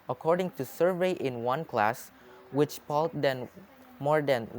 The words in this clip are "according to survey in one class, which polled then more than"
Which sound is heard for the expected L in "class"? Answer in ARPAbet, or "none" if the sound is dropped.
L